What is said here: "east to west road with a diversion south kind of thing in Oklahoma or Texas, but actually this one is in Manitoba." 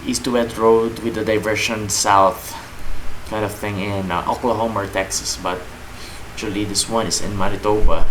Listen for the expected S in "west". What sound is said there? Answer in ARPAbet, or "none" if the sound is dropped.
none